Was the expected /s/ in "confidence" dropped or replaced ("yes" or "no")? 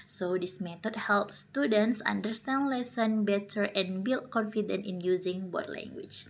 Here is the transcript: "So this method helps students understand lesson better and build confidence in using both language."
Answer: yes